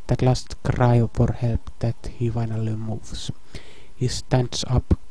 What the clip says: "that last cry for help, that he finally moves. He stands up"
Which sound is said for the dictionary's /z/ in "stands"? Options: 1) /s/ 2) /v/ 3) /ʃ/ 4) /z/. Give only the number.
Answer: 1